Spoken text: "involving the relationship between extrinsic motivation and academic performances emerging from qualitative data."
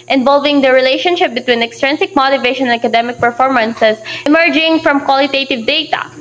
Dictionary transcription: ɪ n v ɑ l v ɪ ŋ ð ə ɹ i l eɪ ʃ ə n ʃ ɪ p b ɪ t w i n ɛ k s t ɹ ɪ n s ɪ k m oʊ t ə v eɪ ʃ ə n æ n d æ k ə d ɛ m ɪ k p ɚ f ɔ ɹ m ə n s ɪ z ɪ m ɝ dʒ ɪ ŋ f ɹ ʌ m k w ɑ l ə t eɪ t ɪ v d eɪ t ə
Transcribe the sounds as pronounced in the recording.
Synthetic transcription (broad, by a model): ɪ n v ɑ l v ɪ ŋ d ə ɹ i l eɪ ʃ ə n ʃ ɪ p b ɪ t w i n ɛ k s t ɹ ɪ n s ɪ k m oʊ t ə v eɪ ʃ ə n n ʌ k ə d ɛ m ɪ k p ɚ f ɔ ɹ m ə n s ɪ s ɪ m ɝ dʒ ɪ ŋ f ɹ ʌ m k w ɑ l ə t eɪ t ɪ v d eɪ t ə